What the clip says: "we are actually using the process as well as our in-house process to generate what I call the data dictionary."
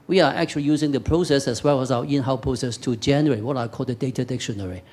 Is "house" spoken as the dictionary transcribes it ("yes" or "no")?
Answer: no